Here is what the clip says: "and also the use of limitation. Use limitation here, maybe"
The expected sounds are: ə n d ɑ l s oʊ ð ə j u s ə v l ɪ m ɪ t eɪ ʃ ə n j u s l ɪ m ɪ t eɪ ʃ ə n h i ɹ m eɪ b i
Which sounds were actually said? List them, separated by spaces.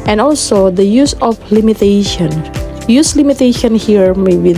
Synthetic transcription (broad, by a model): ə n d ɑ l s oʊ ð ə j u s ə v l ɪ m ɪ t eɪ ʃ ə n j u s l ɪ m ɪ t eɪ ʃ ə n h i ɹ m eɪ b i